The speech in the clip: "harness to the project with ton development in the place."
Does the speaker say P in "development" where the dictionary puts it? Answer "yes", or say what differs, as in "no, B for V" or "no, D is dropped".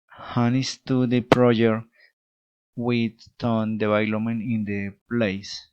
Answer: no, P is dropped